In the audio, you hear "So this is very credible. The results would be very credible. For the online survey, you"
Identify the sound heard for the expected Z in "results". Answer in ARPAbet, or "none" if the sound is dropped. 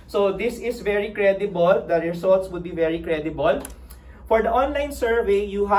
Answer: S